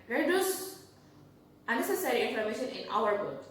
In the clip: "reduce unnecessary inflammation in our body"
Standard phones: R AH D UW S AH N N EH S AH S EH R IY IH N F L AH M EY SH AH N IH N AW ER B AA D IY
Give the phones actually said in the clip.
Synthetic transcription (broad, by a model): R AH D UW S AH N N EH S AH S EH R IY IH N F AH M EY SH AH N IH N AW ER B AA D